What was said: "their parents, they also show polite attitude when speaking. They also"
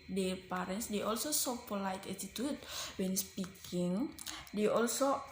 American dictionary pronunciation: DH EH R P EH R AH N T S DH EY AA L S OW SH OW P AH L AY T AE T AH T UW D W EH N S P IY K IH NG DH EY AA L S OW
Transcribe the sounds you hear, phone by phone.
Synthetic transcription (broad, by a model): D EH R P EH R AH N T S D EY AA L S OW S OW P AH L AY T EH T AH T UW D W EH N S P IY K IH NG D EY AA L S OW